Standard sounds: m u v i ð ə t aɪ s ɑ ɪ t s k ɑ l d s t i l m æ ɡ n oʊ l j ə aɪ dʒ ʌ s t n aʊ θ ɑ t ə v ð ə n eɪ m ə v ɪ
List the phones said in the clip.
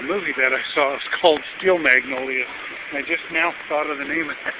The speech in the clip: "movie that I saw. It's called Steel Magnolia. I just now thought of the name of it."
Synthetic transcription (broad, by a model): m u v i ð ə t aɪ s ɑ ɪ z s k ɑ l d s t i l m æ ɡ n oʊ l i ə aɪ dʒ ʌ s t n aʊ θ ɑ t ə v ð ə n eɪ ə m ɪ